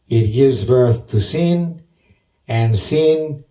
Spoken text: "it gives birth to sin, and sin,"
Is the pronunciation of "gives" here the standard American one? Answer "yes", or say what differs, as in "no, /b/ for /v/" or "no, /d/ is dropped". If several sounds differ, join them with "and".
yes